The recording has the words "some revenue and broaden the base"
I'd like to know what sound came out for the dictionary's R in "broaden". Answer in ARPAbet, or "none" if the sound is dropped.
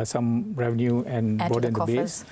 none